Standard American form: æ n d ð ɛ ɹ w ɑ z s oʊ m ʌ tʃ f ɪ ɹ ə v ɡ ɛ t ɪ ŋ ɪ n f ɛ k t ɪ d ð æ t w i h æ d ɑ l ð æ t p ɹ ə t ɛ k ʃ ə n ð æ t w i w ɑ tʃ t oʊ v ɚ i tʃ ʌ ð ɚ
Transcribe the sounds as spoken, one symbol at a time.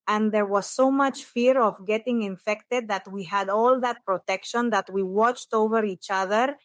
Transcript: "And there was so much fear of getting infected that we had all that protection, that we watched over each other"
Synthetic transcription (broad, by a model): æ n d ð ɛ ɹ w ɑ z s oʊ m ʌ tʃ f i ɹ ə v ɡ ɛ t ɪ ŋ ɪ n f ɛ k t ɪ d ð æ t w i h æ d ɑ l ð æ t p ɹ ə t ɛ k ʃ ə n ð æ t w i w ɑ tʃ t oʊ v ɚ i tʃ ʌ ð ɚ